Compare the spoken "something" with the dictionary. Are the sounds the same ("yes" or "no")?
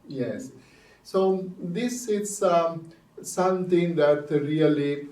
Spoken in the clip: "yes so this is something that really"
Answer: no